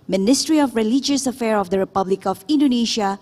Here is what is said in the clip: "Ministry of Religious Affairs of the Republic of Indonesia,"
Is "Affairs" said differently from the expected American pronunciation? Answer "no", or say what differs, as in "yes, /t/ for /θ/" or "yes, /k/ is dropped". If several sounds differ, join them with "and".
yes, /z/ is dropped